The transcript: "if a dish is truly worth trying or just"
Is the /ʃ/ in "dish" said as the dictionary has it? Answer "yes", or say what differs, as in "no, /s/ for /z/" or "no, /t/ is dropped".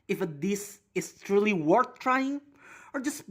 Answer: no, /s/ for /ʃ/